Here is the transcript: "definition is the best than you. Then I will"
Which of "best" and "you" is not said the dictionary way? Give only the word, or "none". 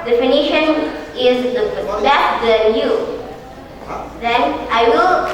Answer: best